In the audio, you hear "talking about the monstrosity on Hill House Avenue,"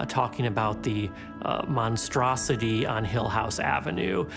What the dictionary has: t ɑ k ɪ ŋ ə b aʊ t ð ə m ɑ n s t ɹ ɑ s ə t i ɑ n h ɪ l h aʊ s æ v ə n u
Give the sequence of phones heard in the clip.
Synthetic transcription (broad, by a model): t ɑ k ɪ ŋ ə b aʊ t ð ə m ɑ n s t ɹ ɑ s ə t i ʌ n h ɪ l h aʊ s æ v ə n u